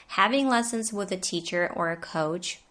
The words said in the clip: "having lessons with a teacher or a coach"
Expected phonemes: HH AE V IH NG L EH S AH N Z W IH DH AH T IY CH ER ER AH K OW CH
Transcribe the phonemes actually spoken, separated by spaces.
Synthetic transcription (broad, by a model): HH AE V IH NG L EH S AH N Z W IH DH AH T IY CH ER ER AH K OW CH